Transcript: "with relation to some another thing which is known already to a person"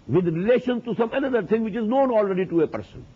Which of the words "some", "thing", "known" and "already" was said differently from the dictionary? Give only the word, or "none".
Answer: thing